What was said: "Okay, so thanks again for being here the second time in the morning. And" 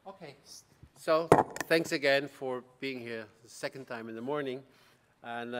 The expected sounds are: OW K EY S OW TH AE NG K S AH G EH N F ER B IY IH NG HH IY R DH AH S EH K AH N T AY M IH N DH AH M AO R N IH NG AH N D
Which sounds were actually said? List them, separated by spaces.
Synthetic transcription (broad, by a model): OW K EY S OW TH AE NG K S AH G EH N F ER B IY IH NG HH IY R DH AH S EH K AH N T AY M IH N DH AH M AO R N IH NG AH N